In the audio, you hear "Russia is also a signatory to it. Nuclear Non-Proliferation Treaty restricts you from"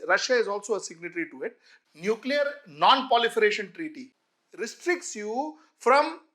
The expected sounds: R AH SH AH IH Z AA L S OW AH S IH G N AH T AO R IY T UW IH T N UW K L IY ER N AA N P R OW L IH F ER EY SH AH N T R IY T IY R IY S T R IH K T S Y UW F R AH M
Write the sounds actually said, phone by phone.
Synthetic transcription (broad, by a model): R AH SH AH IH Z AA L S OW AH S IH G N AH T R IY T UW IH T N UW K L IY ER N AA N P OW L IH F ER EY SH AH N T R IY T IY R IY S T R IH K T S Y UW F R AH M